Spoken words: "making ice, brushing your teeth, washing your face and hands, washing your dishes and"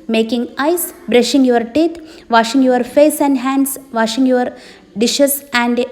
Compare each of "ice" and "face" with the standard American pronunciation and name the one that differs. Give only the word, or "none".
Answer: none